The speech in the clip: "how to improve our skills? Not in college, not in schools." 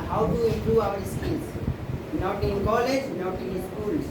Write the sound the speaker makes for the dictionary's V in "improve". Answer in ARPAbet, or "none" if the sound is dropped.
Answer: none